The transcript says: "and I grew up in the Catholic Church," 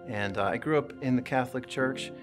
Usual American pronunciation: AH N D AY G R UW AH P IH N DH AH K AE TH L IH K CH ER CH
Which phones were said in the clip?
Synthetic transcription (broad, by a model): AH N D AY G R UW AH P IH N DH AH K AE TH L IH K CH ER CH